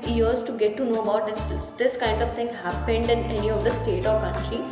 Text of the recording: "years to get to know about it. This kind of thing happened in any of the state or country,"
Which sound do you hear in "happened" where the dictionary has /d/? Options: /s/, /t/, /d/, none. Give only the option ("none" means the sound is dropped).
/d/